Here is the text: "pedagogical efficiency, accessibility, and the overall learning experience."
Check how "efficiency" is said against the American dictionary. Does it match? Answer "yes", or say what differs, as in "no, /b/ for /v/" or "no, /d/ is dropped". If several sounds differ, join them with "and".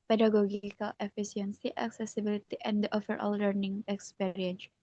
no, /s/ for /ʃ/